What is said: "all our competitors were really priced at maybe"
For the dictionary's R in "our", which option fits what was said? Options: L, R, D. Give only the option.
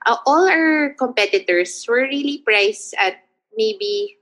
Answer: L